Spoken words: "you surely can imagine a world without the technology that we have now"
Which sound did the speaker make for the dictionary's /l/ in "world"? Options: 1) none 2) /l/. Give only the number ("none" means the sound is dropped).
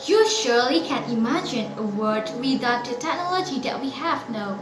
1